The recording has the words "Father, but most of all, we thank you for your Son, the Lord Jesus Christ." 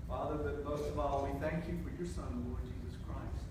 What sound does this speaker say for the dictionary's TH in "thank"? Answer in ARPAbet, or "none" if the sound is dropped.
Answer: TH